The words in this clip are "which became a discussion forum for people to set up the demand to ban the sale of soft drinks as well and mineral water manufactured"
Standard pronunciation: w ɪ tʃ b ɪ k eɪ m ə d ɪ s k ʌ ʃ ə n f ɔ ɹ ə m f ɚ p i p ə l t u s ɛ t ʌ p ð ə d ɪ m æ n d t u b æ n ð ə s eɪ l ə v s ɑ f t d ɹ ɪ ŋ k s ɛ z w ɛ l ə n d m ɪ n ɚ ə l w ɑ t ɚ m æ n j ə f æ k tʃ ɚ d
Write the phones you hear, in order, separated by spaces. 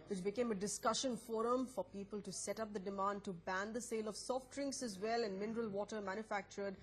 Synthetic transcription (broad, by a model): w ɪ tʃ b ɪ k eɪ m ə d ɪ s k ʌ ʃ ə n f ɔ ɹ ə m f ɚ p i p ə l t u s ɛ t ʌ p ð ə d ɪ m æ n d t u b æ n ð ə s eɪ l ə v s ɑ f t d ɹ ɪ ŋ k s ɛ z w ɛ l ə n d m ɪ n ɚ ə l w ɑ t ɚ m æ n j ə f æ k tʃ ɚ d